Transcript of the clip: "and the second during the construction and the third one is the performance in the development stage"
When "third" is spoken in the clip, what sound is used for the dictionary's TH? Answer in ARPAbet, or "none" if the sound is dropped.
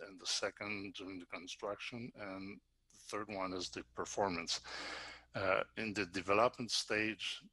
TH